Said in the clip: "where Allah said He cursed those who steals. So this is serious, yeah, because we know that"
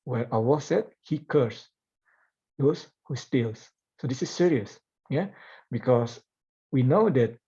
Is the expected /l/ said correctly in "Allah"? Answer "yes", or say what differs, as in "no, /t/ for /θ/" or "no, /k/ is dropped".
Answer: no, /w/ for /l/